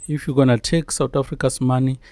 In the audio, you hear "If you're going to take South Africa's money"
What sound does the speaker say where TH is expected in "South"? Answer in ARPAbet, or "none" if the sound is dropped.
T